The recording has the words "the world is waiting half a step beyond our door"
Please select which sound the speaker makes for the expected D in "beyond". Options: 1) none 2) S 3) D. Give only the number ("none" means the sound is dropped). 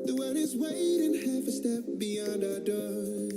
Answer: 3